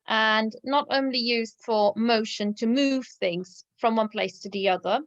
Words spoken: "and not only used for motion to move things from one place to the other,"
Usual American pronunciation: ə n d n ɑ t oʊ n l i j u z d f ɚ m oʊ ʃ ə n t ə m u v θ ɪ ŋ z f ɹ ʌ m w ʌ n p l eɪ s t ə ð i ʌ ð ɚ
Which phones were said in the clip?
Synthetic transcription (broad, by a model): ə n n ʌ t oʊ n l i j u z d f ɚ m oʊ ʃ ə n t ə m u v θ ɪ ŋ z f ɹ ʌ m w ʌ n p l eɪ s t ə ð i ʌ ð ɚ